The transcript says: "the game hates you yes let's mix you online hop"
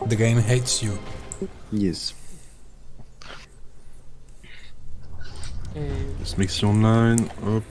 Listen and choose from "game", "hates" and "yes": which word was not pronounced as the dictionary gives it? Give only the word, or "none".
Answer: none